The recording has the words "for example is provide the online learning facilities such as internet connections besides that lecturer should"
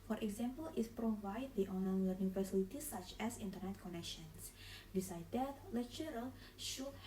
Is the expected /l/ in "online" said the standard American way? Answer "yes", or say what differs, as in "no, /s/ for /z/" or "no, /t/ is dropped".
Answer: no, /l/ is dropped